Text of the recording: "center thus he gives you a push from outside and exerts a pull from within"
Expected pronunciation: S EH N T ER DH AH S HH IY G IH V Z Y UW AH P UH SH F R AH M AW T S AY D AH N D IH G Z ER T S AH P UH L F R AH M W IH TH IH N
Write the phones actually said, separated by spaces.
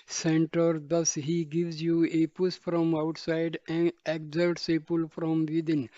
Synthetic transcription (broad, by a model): S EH N T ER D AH S HH IY G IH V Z Y UW AH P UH S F R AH M AW T S AY D AH N D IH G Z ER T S AH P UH L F R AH M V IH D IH N